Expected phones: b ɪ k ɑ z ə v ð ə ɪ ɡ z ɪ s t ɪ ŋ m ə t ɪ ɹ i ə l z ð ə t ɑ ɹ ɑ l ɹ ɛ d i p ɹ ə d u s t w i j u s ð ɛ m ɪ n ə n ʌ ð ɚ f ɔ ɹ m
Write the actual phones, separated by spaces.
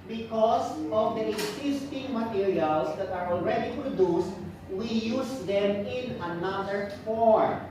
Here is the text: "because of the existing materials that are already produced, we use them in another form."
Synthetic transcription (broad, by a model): b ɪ k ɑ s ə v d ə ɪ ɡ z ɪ s t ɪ ŋ m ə t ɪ ɹ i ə l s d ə t ɑ ɹ ɑ l ɹ ɛ d i p ɹ ə d u s t w i j u s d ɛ m ɪ n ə n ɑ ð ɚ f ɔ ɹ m